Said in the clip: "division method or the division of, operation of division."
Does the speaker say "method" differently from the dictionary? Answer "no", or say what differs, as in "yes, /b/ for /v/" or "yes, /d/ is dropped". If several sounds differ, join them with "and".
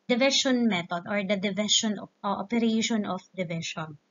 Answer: yes, /t/ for /θ/